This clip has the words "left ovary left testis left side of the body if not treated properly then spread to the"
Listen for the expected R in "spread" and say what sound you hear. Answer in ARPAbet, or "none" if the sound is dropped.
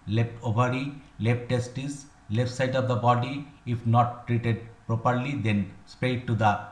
none